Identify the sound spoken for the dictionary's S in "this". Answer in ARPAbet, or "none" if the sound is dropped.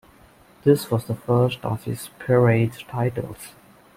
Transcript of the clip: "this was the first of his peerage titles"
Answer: S